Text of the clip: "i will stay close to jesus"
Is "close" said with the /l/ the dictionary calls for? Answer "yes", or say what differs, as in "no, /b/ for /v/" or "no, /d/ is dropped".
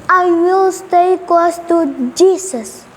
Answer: no, /w/ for /l/